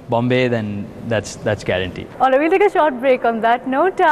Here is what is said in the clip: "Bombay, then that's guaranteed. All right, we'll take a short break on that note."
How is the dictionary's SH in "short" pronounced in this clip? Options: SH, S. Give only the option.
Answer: SH